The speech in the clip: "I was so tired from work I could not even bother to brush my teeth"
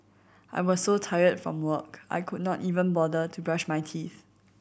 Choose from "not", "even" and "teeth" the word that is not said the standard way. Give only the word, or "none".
none